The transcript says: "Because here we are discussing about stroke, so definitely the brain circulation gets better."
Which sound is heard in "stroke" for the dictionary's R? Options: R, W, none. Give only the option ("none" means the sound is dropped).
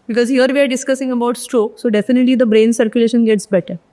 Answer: R